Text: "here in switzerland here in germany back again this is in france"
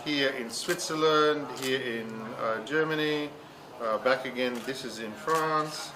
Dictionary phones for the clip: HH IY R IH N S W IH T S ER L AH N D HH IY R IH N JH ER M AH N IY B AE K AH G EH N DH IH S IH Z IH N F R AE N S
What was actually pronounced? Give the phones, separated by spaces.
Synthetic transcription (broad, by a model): HH IY R IH N S W IH T S ER L AH N D HH IY R IH N JH ER M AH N IY B AE K AH G EH N DH IH S IH Z IH N F R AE N S